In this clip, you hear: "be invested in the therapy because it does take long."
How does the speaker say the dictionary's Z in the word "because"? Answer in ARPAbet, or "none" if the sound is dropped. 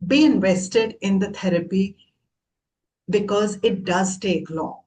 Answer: Z